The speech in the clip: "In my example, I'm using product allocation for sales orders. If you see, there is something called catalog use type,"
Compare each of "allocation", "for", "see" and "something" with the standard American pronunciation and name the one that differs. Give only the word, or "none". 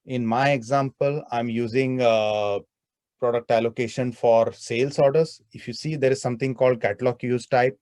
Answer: something